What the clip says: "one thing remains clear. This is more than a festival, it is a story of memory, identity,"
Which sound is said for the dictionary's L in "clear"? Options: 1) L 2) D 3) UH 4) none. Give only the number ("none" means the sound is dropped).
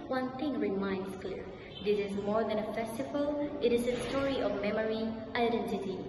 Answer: 1